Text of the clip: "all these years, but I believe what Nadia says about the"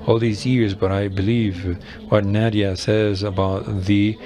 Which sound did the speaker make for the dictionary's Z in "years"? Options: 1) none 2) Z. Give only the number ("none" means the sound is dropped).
2